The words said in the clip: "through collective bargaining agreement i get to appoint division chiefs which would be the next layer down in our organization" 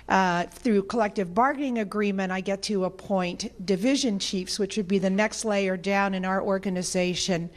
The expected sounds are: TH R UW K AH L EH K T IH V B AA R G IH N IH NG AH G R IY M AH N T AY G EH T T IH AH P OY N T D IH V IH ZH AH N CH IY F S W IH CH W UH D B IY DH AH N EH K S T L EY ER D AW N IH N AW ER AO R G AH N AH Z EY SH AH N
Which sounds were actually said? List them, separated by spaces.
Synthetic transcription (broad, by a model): TH R UW K AH L EH K T IH V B AA R G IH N IH NG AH G R IY M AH T AY G EH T T IH AH P OY N T D IH V IH ZH AH N CH IY F S W IH CH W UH D B IY DH AH N EH K S T L EY ER D AW N IH N AW ER AO R G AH N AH Z EY SH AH N